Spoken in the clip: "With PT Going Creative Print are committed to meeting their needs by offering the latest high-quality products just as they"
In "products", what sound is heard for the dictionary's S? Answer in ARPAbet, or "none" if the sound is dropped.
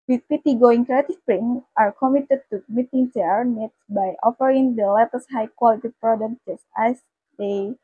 none